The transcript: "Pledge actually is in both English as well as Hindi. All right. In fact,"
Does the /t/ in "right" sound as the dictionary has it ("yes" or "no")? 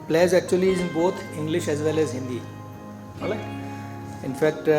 no